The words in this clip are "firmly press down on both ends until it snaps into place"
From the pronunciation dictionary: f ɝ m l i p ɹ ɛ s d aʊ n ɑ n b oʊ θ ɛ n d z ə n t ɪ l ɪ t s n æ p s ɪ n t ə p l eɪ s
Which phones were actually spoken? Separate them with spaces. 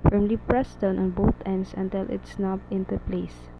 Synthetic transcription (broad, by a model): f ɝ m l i p ɹ ɛ s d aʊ n ɑ n b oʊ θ ɛ n d s ə n t ɪ l ɪ t s n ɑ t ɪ n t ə p l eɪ s